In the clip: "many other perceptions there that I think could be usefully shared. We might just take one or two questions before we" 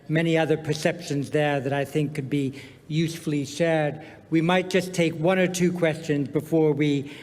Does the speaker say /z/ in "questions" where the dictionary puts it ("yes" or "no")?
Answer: yes